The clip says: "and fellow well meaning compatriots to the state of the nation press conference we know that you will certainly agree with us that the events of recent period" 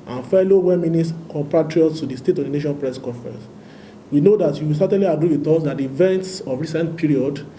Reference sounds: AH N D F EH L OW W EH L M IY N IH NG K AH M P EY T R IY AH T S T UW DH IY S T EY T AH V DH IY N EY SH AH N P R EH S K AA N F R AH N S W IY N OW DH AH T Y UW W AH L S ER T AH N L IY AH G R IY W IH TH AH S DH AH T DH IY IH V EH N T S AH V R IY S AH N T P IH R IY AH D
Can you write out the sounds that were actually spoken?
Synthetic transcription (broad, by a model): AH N F EH L OW W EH M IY N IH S K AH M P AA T R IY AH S T UW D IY S T EY T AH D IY N EY SH AH N P R EH S K AA F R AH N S W IY N OW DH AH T Y UW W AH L S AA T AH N L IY AH G R IY W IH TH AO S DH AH T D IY V EH N T S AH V R IY S AH N T P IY R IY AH D